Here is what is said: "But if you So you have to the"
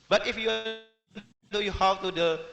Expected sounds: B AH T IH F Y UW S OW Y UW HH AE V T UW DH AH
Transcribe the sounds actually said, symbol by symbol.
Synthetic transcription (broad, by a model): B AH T IH F Y UW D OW Y UW HH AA W T UW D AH